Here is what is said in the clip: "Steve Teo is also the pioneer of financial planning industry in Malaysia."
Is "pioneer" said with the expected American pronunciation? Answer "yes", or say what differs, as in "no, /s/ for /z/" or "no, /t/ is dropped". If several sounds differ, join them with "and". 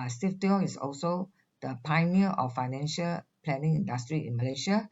no, /n/ is dropped